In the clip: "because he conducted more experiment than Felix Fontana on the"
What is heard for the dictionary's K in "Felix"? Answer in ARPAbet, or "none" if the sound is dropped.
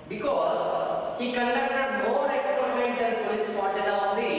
none